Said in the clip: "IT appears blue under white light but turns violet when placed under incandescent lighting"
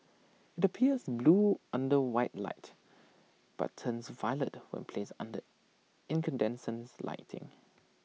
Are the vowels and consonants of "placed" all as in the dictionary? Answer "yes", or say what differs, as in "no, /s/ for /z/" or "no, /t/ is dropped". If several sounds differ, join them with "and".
no, /t/ is dropped